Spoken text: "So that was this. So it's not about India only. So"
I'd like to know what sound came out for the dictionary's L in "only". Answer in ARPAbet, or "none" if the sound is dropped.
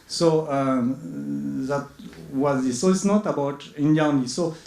none